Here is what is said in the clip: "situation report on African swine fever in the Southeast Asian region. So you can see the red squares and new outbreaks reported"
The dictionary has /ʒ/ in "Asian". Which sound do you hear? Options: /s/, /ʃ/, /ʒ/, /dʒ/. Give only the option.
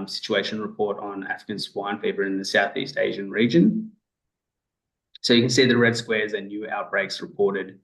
/ʒ/